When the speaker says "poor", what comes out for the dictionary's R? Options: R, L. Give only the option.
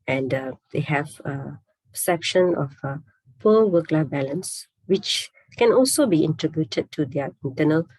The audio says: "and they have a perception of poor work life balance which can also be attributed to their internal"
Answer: L